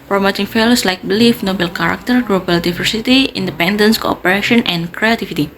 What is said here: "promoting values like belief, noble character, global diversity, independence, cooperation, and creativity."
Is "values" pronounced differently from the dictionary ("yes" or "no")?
yes